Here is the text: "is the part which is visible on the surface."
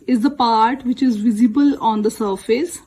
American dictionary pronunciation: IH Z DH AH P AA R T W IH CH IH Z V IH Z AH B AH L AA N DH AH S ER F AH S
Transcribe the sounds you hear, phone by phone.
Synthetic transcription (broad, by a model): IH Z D AH P AA R T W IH CH IH Z V IH Z AH B AH L AA N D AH S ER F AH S